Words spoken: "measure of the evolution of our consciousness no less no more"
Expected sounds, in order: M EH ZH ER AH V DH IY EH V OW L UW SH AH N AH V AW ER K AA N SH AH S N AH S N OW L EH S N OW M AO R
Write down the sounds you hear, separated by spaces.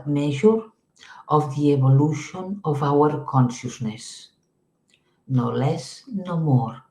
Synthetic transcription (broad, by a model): M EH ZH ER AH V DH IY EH B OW L UW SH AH N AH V AW ER K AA N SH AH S N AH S N OW L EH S N OW M AO R